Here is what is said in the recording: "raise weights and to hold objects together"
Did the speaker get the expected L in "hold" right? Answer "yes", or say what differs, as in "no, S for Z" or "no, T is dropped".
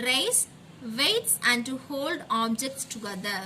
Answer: yes